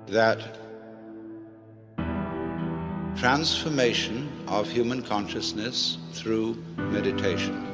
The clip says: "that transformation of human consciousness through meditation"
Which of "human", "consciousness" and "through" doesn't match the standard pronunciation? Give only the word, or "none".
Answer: none